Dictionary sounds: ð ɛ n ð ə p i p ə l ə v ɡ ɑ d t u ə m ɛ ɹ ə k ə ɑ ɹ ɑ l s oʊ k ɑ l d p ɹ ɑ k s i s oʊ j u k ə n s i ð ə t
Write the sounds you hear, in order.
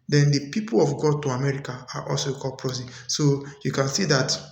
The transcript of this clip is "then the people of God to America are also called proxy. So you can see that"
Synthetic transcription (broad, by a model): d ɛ n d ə p i p ə l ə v ɡ ɑ d t u ə m ɛ ɹ ə k ə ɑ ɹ ɑ l s oʊ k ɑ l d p ɹ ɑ s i s oʊ j u k ə n s i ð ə t